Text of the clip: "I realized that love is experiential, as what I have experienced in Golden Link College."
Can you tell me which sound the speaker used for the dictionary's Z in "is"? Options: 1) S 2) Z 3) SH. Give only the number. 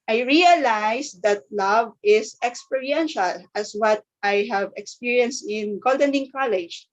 1